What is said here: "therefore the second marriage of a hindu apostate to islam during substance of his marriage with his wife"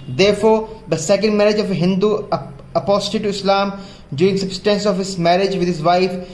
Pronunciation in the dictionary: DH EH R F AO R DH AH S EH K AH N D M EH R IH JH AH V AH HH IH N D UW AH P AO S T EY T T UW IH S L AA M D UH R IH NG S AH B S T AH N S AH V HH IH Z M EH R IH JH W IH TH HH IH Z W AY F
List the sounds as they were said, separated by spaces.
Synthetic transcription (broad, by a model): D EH R F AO R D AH S EH K AH N D M EH R IH JH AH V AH HH IH N D UW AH P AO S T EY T T UW IH S L AA M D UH IH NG S AH B S T AH N S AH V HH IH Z M EH R IH JH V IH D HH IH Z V AY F